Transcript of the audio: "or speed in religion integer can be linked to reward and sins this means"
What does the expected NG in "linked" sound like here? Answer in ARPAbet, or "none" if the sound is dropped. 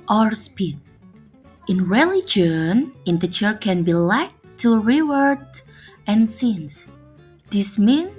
none